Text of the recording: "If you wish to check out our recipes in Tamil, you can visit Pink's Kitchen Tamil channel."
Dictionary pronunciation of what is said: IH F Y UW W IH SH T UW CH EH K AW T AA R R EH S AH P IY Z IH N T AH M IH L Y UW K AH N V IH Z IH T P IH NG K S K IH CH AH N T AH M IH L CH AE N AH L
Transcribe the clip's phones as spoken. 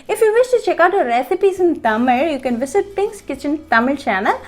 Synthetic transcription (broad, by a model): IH F Y UW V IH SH T UW CH EH K AW T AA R R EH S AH P IY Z IH N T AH M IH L Y UW K AH N V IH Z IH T P IH NG K S K IH CH AH N T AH M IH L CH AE N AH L